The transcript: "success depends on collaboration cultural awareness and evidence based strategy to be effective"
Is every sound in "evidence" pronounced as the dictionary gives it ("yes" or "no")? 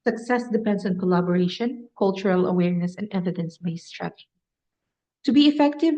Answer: yes